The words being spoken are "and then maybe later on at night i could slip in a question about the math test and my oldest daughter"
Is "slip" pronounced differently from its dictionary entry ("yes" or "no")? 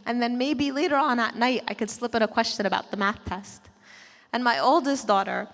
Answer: no